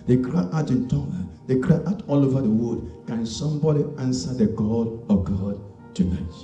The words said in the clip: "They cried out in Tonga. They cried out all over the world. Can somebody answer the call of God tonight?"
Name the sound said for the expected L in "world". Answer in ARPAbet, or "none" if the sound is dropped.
none